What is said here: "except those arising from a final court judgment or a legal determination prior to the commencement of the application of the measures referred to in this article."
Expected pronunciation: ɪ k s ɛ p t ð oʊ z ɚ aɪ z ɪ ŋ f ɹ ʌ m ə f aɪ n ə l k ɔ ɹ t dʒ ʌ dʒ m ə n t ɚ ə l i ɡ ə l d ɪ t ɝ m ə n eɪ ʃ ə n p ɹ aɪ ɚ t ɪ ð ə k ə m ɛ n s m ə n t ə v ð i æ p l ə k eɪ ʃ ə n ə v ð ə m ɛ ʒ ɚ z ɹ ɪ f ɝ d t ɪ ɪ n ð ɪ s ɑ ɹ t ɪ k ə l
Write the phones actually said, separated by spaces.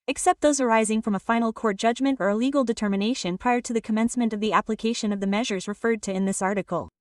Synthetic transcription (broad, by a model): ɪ k s ɛ p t ð oʊ z ɚ aɪ z ɪ ŋ f ɹ ʌ m ə f aɪ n l k ɔ ɹ t dʒ ʌ dʒ m ə n t ɚ ə l i ɡ l d ɪ t ɝ m ə n eɪ ʃ ə n p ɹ aɪ ɚ t ɪ ð ə k ə m ɛ n s m ə n t ə v ð i æ p l ə k eɪ ʃ ə n ə v ð ə m ɛ ʒ ɚ z ɹ ɪ f ɝ d t ɪ ɪ n ð ɪ s ɑ ɹ t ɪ k l